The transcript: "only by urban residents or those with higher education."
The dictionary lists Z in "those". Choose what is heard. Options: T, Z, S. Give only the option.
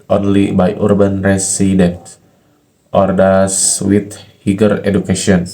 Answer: S